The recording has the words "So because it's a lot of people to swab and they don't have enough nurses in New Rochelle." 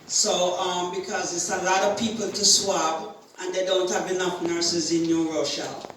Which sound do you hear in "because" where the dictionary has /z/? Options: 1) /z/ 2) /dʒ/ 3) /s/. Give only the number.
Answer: 1